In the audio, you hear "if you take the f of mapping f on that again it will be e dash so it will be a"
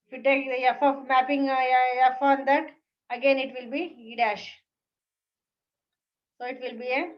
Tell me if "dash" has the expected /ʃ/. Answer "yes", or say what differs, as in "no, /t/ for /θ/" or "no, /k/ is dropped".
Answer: yes